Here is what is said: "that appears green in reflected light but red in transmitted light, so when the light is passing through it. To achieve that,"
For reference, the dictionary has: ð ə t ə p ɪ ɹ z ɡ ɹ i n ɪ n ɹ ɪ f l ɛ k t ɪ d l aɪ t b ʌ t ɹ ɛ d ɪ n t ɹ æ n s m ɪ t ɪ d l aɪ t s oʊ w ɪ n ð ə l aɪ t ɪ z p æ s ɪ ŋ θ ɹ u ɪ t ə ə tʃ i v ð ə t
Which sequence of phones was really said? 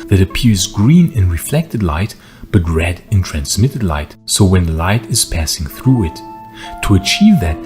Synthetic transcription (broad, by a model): ð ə t ə p ɪ ɹ z ɡ ɹ i n ɪ n ɹ ɪ f l ɛ k t ɪ d l aɪ t b ʌ t ɹ ɛ d ɪ n t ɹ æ n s m ɪ t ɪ d l aɪ t s oʊ w ɪ n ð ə l aɪ t ɪ z p æ s ɪ ŋ θ ɹ u ɪ t ə ə tʃ i v ð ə t